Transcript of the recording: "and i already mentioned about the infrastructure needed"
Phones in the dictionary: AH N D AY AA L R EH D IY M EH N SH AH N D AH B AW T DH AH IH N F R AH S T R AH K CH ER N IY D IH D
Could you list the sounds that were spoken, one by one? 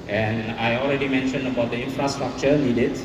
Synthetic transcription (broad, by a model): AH N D AY AA L R EH D IY M EH N SH AH N D AH B AW T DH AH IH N F R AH S T R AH K CH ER N IY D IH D